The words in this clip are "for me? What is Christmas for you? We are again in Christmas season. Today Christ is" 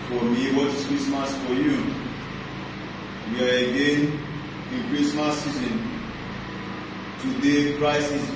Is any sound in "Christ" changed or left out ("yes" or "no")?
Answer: yes